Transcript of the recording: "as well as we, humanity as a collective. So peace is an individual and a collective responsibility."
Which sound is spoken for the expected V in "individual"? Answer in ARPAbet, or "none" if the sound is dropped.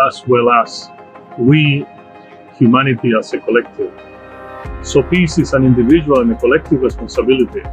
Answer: B